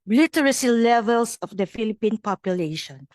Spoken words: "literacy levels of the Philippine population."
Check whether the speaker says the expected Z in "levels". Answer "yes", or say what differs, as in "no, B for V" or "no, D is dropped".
no, S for Z